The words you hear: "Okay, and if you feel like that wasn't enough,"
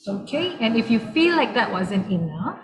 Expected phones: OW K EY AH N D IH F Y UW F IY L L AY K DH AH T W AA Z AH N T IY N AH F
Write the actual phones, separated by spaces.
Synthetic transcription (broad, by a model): OW K EY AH N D IH F Y UW F IY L L AY K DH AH T W AA Z AH N T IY N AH F